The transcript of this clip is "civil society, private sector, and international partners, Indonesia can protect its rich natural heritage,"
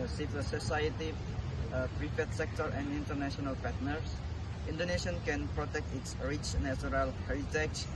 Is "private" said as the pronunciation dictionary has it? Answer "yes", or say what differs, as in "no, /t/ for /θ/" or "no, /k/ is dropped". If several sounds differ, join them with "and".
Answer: no, /f/ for /v/